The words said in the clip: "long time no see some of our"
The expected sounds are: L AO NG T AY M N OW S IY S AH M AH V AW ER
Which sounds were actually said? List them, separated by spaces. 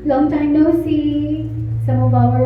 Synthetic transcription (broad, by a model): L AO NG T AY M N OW S IY S AH M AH B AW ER